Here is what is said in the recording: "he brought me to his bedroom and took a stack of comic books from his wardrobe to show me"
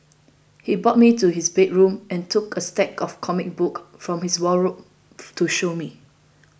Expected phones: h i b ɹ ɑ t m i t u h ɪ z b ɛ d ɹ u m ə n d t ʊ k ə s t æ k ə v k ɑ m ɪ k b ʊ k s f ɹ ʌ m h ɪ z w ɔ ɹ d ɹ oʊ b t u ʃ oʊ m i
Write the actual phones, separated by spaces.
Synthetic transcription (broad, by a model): h i b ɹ ɑ t m i t u h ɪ s b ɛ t ɹ u m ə n t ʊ k ə s t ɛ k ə f k ɑ m ɪ k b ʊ k f ɹ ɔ m h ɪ s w ɔ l ɹ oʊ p t u ʃ oʊ m i